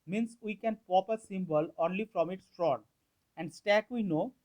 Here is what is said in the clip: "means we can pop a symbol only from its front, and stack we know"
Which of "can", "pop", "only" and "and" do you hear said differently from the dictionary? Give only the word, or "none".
none